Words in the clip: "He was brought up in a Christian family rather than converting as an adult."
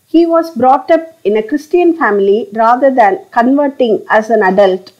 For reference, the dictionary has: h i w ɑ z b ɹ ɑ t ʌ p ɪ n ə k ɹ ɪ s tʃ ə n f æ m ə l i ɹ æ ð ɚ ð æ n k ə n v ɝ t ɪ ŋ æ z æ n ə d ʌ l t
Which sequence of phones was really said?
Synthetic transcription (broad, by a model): h i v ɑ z b ɹ ɑ t ʌ p ɪ n ə k ɹ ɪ s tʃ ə n f æ m ə l i ɹ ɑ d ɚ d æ n k ə n v ɝ t ɪ ŋ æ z æ n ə d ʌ l t